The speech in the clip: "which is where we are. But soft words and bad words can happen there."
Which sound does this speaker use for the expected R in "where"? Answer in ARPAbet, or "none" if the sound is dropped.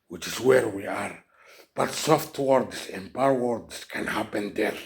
R